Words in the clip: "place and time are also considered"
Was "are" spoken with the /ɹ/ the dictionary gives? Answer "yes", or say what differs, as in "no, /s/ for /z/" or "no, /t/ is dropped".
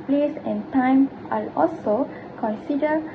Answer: no, /l/ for /ɹ/